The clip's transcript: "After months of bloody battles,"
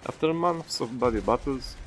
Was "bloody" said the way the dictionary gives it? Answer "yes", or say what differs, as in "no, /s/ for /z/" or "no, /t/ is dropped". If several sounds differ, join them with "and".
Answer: no, /l/ is dropped